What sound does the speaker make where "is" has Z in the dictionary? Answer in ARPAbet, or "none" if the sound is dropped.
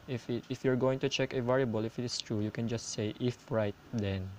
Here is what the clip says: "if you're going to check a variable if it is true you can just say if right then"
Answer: S